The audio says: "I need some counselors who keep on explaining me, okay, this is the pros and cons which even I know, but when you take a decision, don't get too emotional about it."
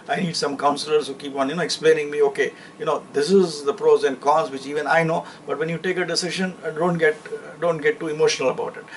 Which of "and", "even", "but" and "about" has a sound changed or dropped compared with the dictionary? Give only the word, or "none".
none